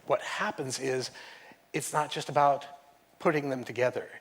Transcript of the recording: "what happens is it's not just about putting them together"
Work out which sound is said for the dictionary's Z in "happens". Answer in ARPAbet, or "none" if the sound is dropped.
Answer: Z